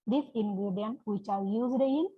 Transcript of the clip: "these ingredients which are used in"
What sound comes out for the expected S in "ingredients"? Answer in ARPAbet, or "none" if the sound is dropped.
none